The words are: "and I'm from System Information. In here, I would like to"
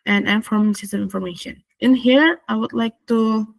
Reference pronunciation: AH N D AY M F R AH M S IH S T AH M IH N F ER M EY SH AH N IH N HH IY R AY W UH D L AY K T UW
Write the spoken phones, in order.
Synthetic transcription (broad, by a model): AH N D AY M F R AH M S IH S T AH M IH N F ER M EY SH AH N IH N HH IY R AY W UH D L AY K T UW